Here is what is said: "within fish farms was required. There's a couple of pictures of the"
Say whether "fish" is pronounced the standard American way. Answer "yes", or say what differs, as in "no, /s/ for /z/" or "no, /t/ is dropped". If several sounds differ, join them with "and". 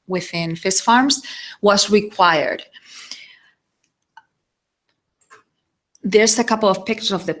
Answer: no, /s/ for /ʃ/